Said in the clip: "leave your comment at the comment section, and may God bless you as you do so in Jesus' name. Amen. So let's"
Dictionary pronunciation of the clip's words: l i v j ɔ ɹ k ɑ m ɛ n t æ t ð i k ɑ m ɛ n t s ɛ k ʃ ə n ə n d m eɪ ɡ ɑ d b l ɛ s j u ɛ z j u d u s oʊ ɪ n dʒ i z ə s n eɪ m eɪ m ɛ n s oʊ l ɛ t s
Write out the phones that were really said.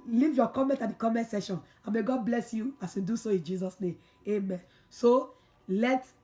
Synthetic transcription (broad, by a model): l i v j ɔ k ɑ m ɛ n t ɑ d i k ɑ m ɛ n t s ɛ ʃ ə n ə m eɪ ɡ ɑ d b l ɛ s j u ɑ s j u d u s oʊ ɪ n dʒ i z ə s n eɪ m eɪ m ɛ n s oʊ l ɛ t